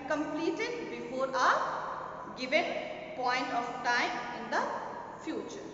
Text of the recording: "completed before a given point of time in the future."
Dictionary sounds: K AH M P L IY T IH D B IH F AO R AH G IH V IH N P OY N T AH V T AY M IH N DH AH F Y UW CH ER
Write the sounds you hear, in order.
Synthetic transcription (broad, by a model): K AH M P L IY T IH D B IH F AO R AH G IH V IH N P OY N T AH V T AY M IH N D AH F Y UW CH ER